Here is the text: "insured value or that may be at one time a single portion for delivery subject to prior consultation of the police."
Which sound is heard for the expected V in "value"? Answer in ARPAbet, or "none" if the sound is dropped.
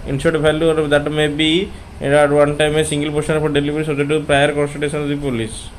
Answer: F